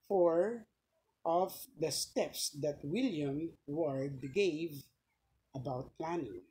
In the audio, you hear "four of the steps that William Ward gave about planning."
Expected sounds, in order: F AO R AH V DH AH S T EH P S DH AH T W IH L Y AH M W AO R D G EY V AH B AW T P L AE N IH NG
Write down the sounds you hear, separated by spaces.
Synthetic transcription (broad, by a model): F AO R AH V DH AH S T EH P S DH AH T W IH L Y AH M W AO R D G EY V AH B AW T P L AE N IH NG